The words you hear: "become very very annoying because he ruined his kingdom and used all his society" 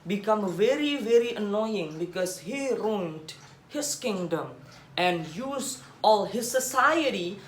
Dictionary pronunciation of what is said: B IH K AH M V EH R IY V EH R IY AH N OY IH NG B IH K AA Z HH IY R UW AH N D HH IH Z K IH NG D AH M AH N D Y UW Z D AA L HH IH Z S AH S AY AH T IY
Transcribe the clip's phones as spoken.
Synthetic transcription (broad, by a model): B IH K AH M V EH R IY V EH R IY AH N OY IH NG B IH K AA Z HH IY R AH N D HH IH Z K IH NG D AH M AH N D Y UW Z AA L HH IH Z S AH S AY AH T IY